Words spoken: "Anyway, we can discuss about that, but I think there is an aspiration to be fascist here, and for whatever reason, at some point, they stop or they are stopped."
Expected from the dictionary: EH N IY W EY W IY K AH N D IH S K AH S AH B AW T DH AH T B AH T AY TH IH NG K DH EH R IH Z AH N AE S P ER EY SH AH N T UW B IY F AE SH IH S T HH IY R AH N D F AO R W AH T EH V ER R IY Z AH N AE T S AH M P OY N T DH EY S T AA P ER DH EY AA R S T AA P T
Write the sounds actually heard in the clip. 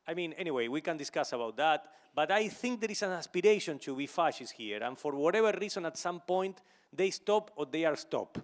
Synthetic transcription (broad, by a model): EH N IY W EY W IY K AH N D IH S K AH S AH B AW T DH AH T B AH T AY TH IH NG K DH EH R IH S AH N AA S P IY EY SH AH N T UW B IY F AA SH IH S HH IY R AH N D F AO R W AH T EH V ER R IY S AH N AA T S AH M P OY N T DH EY S T AA P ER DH EY AA R S T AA P